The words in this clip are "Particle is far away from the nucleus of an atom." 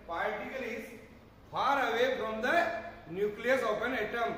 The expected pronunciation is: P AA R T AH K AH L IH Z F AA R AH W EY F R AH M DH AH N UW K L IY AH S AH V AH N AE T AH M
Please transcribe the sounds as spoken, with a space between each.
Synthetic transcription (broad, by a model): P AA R T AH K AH L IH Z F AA R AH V EY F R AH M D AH N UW K L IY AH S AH P AH N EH T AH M